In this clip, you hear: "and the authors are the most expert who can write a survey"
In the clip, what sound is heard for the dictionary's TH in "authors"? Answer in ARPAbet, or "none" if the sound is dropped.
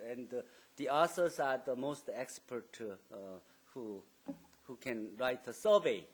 S